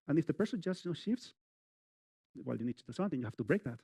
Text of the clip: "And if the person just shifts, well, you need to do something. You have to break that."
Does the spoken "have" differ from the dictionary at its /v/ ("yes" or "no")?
yes